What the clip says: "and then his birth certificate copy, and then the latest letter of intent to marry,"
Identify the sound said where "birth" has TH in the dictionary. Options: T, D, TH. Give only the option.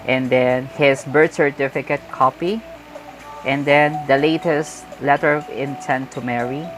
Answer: T